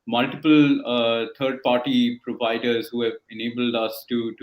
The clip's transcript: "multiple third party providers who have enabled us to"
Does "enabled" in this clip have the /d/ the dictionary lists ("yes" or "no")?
yes